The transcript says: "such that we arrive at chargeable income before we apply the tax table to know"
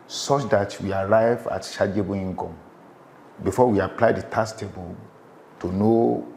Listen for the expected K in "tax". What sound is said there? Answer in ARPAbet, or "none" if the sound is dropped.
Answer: none